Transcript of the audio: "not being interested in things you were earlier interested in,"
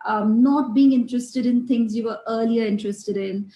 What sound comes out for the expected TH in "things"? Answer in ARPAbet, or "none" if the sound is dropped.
T